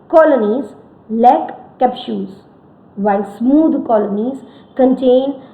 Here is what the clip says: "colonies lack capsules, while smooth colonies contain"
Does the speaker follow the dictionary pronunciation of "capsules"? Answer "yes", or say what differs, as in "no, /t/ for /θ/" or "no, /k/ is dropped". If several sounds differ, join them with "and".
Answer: no, /ʃ/ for /s/ and /l/ is dropped